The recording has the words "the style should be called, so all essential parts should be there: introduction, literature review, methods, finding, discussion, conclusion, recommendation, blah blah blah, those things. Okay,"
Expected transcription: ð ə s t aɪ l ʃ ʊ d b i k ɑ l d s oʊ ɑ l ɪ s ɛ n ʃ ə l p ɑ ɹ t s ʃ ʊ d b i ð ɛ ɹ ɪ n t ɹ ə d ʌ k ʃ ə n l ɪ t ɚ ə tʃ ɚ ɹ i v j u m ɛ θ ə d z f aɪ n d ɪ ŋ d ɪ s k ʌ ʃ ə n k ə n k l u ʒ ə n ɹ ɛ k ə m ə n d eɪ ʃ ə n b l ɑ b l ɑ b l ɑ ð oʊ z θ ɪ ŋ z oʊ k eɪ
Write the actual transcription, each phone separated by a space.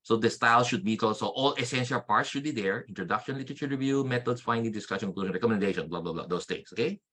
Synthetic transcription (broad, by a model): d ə s t aɪ l ʃ ʊ d b i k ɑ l s oʊ ɑ l ɪ s ɛ n ʃ ə l p ɑ ɹ t s ʃ ʊ d b i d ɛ ɹ ɪ n t ɹ ə d ʌ k ʃ ə n l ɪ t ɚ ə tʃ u ɹ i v j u m ɛ t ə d s f aɪ n d ɪ ŋ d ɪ s k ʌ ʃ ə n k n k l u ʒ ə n ɹ ɛ k ə m ə n d eɪ ʃ ə n b l ɑ b l ɑ b l ɑ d oʊ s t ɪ ŋ s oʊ k eɪ